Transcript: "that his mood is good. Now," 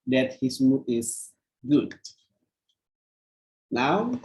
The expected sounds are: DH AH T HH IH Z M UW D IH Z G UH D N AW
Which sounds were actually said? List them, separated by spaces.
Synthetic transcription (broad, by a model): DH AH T HH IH S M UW IH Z G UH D N AW